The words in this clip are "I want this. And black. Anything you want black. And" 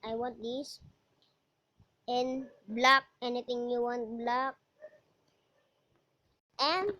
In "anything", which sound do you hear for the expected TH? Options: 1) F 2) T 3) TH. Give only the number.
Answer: 2